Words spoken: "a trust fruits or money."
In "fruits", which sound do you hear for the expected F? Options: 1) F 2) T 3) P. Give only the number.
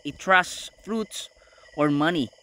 1